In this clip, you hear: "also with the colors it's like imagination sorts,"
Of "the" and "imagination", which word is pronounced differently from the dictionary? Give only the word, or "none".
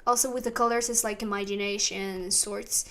none